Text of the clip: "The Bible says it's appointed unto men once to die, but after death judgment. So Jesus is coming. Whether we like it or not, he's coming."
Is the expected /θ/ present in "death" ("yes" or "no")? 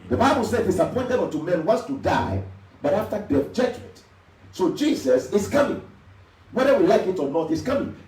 no